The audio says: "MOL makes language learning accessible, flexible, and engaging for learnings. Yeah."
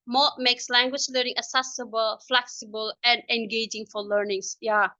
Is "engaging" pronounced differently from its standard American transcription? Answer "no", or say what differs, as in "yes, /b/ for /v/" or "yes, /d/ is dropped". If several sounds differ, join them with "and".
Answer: no